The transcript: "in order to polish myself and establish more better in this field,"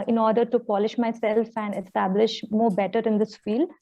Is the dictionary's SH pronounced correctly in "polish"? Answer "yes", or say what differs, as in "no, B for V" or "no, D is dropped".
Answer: yes